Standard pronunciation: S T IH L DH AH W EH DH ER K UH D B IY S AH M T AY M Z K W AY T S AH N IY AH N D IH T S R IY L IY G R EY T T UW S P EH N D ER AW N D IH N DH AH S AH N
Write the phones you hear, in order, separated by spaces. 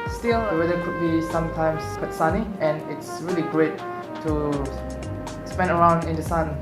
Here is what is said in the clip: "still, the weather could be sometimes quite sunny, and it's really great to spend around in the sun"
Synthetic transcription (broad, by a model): S T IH L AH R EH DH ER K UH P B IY S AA M T AY M S K W AY T S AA N IY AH N IH T S R IY L IY G R EY T T UW S P EH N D ER AW N D IH N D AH S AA N